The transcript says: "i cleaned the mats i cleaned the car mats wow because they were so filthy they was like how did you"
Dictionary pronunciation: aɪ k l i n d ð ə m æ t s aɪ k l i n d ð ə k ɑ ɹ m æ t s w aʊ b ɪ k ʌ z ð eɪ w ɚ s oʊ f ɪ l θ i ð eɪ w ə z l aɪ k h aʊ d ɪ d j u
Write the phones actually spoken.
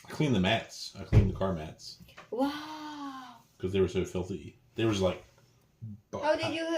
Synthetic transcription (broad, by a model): aɪ k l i n ð ə m æ t s aɪ k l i n ð ə k ɑ ɹ m æ t s w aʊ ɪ k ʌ z ð eɪ w ɚ s oʊ f ɪ l θ i ð eɪ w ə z l aɪ k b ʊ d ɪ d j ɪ